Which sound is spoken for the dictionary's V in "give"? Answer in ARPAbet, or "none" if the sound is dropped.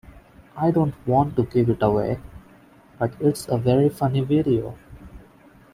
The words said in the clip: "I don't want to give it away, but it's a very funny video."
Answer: P